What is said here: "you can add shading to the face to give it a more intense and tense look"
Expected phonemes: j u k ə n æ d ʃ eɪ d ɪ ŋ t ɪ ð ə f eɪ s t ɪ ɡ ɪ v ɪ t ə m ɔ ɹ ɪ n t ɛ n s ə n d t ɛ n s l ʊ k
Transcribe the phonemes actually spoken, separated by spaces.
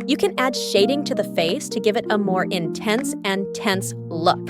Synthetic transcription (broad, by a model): j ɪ k ə n æ d ʃ eɪ d ɪ ŋ t ɪ ð ə f eɪ s t ɪ ɡ ɪ v ɪ t ə m ɔ ɹ ɪ n t ɛ n s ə n t ɛ n s l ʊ k